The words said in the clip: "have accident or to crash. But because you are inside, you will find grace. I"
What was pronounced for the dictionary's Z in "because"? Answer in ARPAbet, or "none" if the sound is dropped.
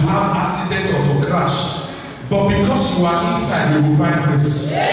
S